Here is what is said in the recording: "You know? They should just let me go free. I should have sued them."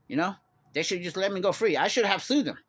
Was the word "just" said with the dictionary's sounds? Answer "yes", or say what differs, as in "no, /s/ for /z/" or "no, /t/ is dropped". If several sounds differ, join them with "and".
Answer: yes